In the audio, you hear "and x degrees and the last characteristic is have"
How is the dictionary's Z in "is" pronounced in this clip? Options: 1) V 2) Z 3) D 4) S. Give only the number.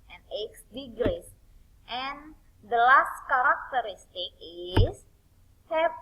4